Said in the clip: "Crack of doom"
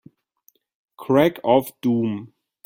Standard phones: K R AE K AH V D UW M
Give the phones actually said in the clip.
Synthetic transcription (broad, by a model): K R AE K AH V D UW M